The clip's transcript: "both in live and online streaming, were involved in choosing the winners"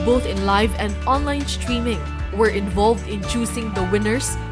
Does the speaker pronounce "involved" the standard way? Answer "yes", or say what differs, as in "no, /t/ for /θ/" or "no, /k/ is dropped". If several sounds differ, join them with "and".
yes